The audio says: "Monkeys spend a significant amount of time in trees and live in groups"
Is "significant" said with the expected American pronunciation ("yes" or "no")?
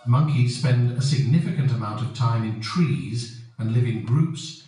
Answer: yes